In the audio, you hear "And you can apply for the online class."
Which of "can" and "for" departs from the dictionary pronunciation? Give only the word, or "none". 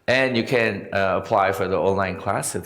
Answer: none